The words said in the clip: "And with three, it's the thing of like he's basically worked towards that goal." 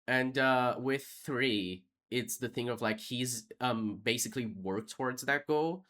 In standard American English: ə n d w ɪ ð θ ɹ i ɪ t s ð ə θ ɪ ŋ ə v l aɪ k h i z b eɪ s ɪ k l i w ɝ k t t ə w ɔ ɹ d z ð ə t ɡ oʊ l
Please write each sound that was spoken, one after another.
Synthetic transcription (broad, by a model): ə n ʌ w ɪ ð θ ɹ i ɪ t s ð ə θ ɪ ŋ ə v l aɪ k h i z b eɪ s ɪ k l i w ɝ k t t ə w ɔ ɹ d z ð ə t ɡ oʊ l